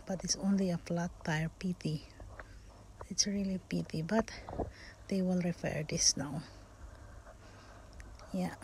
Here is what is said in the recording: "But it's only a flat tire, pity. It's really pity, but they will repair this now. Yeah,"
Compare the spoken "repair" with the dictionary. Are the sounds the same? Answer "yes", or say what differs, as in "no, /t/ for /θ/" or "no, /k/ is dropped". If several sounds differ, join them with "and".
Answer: no, /f/ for /p/